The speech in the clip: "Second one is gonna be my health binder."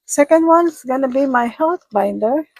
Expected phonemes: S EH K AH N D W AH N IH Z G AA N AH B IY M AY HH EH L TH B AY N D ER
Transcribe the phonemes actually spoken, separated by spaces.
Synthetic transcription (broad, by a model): S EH K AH N D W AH N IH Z G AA N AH B IY M AY HH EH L T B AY N D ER